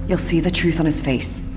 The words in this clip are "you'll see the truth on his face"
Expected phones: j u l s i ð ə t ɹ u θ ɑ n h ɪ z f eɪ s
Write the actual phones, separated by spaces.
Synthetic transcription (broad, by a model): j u l s i ð ə t ɹ u θ n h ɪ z f eɪ s